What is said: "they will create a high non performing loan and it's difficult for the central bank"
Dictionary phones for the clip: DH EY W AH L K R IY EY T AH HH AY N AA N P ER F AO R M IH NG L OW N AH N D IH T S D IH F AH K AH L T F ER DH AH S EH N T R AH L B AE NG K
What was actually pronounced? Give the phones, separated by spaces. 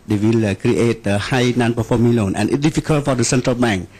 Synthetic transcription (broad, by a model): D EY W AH L K R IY EY T AH HH AY N AA N P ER F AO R M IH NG L OW N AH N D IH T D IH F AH K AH L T F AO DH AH S EH N T R AH L B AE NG K